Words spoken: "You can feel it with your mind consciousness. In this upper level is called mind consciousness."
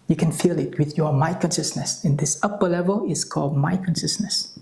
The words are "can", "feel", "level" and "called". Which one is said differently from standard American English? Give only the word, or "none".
none